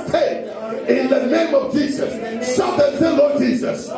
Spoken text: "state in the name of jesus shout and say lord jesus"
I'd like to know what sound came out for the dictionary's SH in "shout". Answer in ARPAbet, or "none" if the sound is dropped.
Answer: S